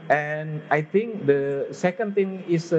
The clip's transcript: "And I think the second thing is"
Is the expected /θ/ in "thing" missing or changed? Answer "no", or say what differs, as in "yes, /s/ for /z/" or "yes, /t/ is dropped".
yes, /t/ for /θ/